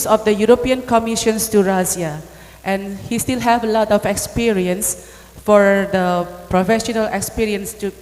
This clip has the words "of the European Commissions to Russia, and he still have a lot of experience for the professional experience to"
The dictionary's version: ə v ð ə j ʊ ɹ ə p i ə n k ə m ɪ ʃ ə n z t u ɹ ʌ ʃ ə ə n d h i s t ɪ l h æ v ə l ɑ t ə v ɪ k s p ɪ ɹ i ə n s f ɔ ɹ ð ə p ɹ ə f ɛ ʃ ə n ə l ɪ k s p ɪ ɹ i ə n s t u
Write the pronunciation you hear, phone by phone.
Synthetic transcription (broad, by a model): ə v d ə j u ɹ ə p i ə n k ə m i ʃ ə n s t u ɹ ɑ s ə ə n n h i s t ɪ l h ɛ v ə l ɑ t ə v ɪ k s p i ɹ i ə n s f ɔ ɹ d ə p ɹ ə f ɛ ʃ ə n ə l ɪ k s p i ɹ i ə n s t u